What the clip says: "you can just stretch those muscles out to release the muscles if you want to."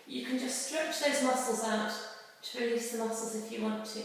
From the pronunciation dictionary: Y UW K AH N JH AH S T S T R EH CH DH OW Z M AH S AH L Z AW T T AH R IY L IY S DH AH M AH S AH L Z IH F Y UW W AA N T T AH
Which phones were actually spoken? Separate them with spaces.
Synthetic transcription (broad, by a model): Y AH K AH N JH AH S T S T R EH CH DH OW Z M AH S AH L Z AW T T AH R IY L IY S DH AH M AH S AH L Z IH F Y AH W AA N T T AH